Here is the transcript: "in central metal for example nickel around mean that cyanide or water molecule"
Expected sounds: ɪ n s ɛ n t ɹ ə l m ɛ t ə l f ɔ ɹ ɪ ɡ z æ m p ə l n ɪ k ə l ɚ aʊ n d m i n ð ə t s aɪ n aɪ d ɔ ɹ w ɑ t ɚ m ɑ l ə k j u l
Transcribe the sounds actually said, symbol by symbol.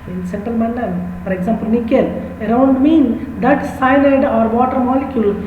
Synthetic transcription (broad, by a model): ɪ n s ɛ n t ə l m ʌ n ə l f ɔ ɹ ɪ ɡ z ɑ m p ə l n ɪ k ə l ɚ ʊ n d m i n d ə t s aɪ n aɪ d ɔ ɹ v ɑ t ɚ m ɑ l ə k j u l